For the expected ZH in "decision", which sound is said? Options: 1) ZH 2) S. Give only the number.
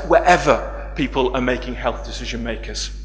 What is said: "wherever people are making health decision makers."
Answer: 1